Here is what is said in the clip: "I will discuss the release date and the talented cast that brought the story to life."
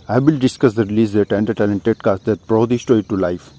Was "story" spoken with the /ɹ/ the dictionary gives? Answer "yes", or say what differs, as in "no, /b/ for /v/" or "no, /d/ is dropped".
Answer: no, /ɹ/ is dropped